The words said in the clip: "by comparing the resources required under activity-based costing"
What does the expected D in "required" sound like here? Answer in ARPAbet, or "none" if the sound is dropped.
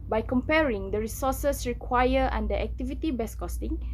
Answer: none